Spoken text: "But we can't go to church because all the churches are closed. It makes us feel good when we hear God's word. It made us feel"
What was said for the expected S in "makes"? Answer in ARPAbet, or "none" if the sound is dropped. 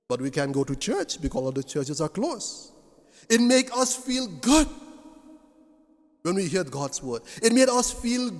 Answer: none